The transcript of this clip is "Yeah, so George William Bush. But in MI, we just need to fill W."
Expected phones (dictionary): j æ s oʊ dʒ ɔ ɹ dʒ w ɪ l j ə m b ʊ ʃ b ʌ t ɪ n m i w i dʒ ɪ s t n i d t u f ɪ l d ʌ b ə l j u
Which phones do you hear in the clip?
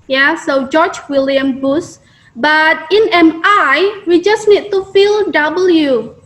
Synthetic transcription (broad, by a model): j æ s oʊ dʒ ɔ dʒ w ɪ l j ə m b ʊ s b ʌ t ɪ n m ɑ w i dʒ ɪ s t n i d t u f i l d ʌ b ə l j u